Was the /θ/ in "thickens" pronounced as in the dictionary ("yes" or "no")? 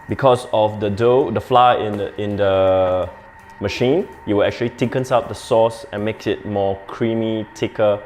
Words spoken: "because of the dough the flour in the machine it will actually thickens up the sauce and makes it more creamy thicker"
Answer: no